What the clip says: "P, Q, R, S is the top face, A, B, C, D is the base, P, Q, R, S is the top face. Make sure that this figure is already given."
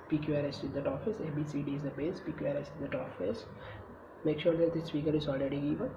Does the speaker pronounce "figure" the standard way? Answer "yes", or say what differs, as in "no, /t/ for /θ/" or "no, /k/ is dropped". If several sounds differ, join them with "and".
no, /p/ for /f/